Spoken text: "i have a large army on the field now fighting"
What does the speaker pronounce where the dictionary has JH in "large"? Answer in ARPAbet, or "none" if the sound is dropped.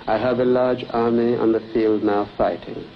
JH